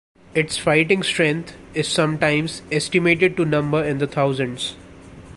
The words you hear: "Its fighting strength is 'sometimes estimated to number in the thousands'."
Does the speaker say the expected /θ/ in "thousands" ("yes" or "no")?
no